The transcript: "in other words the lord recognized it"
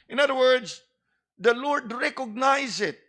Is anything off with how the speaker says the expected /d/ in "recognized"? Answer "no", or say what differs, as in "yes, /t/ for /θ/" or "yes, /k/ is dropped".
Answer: yes, /d/ is dropped